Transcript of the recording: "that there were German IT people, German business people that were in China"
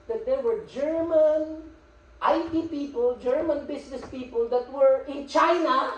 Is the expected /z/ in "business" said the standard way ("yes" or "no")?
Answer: no